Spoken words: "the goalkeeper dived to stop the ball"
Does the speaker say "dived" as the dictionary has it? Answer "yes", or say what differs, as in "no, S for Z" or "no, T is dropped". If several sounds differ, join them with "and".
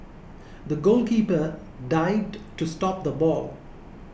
no, V is dropped